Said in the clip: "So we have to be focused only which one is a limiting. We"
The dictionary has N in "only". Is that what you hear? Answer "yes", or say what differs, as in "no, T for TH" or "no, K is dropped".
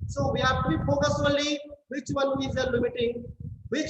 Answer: no, N is dropped